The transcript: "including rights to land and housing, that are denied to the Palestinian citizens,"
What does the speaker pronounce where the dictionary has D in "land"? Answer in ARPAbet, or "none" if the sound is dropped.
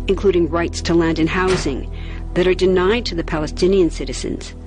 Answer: D